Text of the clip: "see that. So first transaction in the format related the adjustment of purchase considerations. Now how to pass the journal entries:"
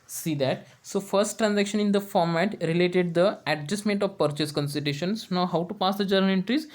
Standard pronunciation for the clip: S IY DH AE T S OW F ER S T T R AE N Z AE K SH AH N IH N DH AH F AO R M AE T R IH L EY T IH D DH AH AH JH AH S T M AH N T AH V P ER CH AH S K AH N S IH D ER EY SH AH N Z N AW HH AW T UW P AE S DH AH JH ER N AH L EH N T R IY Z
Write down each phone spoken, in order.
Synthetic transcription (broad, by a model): S IY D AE T S OW F ER S T T R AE N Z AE K SH AH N IH N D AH F AO R M AE T R IH L EY T IH D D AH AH JH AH S M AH N T AH V P ER CH AH S K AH N S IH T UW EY SH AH N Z N AW HH AW T UW P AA S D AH JH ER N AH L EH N T R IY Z